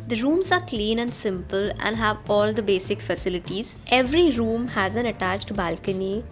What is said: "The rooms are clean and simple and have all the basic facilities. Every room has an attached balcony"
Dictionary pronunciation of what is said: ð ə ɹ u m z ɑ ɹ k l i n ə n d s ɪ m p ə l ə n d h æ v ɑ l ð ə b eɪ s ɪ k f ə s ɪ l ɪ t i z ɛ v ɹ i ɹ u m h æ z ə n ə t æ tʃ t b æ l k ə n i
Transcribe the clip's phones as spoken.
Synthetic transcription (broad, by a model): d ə ɹ u m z ɑ ɹ k l i n ə n d s ɪ m p ə l ə n d h æ v ɑ l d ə b eɪ s ɪ k f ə s ɪ l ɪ t i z ɛ v ɹ i ɹ u m h æ z ə n ə t æ tʃ t b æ l k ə n i